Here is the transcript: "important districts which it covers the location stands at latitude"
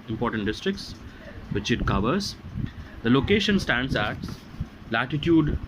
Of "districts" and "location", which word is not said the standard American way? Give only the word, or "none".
none